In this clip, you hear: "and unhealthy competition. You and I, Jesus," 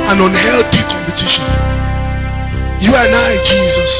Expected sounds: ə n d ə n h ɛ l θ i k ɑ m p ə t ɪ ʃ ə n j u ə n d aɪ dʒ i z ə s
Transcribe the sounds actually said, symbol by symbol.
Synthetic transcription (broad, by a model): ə n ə n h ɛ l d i k ɑ m p ə t ɪ ʃ ə n j u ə n aɪ dʒ i z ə s